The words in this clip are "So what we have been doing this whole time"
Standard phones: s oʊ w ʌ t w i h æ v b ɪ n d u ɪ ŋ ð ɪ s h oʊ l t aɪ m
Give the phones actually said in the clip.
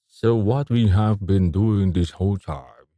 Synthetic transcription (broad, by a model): s oʊ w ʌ t w i h æ v b ɪ n d u ɪ ŋ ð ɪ s h oʊ l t aɪ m